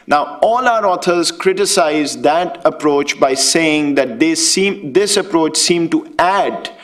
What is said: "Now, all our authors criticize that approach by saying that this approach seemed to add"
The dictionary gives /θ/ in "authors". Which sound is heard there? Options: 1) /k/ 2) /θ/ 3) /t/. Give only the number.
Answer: 3